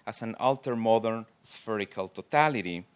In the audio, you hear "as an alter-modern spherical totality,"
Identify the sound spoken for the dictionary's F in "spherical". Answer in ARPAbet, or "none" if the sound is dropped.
F